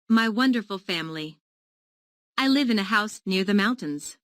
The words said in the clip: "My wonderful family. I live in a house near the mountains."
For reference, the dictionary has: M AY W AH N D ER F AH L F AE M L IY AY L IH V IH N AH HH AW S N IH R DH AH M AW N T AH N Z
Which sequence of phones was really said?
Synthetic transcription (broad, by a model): M AY W AH N D ER F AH L F AE M L IY AY L IH V IH N AH HH AW S N IH R DH AH M AW N T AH N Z